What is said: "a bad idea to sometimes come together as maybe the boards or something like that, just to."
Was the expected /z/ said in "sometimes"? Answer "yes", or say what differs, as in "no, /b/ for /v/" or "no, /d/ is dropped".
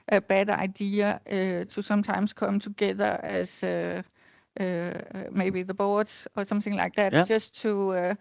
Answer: no, /s/ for /z/